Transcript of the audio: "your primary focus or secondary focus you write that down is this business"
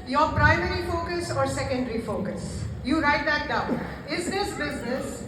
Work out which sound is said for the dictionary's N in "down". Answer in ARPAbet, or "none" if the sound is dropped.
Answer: none